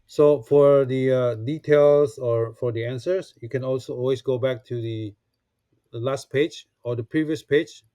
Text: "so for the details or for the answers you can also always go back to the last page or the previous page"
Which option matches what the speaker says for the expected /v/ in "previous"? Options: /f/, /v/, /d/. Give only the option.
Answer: /v/